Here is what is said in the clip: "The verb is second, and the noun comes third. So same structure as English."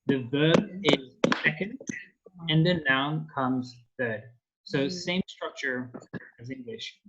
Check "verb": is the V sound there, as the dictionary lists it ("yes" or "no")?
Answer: yes